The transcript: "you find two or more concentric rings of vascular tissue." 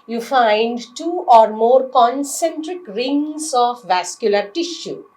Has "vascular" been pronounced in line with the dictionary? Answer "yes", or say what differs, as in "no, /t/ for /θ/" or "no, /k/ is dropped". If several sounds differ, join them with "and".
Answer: yes